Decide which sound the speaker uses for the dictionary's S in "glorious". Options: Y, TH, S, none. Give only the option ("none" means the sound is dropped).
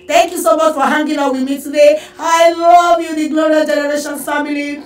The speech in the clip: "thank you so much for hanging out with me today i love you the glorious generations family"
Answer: none